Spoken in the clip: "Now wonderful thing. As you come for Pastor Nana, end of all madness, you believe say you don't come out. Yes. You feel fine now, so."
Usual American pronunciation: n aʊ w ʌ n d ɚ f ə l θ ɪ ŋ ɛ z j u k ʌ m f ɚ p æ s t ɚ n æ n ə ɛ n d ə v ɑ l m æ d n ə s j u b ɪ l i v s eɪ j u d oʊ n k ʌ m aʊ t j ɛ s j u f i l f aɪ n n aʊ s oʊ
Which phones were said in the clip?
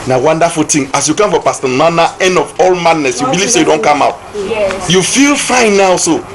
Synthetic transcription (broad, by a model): n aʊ w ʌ n d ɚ f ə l t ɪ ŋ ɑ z j u k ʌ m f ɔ p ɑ s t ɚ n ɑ n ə ɛ n d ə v ɑ l m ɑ d n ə s j u b ɪ l i v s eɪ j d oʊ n k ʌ m aʊ t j j u f i l f aɪ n n aʊ s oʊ